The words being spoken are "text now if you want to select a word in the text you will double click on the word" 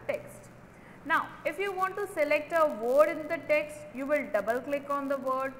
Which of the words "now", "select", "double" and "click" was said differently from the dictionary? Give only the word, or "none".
none